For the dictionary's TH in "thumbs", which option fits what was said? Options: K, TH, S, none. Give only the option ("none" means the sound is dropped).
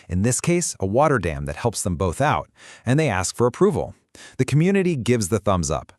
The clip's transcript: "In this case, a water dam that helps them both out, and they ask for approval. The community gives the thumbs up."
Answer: TH